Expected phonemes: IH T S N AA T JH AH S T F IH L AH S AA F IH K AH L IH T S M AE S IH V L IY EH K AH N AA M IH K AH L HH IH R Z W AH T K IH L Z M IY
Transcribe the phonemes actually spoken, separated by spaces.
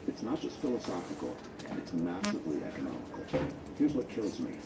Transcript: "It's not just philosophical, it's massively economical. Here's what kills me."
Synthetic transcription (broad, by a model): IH T S N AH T JH AH S T F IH L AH S AA F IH K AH N IH T S M AE S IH V L IY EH K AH N AA M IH K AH L HH IH R Z W AH T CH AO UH Z M IY